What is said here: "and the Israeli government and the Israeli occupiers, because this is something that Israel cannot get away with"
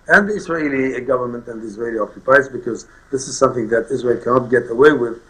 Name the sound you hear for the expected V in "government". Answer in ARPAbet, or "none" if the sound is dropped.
V